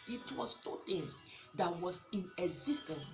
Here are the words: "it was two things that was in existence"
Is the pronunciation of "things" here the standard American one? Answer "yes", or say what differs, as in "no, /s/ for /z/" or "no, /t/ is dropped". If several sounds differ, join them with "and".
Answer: no, /t/ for /θ/